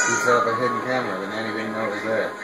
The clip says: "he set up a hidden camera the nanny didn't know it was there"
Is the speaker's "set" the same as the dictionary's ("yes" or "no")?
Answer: no